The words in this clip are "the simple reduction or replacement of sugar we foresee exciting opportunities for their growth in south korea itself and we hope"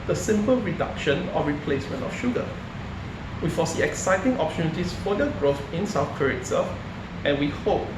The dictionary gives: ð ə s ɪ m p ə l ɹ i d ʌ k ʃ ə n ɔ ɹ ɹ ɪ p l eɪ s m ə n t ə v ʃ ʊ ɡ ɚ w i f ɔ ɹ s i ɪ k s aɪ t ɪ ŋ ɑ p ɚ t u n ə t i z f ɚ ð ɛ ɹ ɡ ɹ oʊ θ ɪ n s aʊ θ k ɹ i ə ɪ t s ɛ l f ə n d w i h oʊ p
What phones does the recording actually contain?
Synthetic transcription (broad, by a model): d ə s ɪ m p ə l ɹ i d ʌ k ʃ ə n ɔ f ɹ ɪ p l eɪ s m ə n t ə f ʃ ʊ ɡ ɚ w i f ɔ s i ɪ k s aɪ t ɪ ŋ ɑ p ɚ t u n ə t i s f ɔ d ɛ ɡ ɹ oʊ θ ɪ n s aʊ f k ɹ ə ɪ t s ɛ f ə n w i h oʊ p